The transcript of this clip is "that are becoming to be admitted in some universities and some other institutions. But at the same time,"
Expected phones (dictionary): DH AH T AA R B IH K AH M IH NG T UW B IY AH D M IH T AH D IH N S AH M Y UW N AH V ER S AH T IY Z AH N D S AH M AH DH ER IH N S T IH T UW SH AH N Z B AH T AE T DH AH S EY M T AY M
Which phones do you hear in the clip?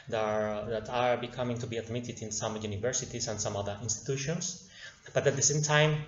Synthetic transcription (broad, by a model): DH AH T AA R B IH K AH M IH NG T UW B IY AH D M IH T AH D IH N S AH M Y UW N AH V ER S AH T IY S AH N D S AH M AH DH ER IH N S T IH T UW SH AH N S B AH T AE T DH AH S EY M T AY M